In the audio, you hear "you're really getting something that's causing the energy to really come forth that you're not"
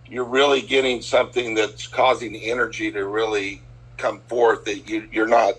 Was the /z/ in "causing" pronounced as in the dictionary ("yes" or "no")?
yes